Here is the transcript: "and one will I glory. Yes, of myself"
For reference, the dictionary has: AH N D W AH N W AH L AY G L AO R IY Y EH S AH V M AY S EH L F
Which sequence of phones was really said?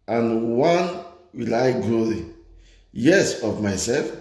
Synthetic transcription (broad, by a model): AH N W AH N W AH L AY G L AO L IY Y EH S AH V M AY S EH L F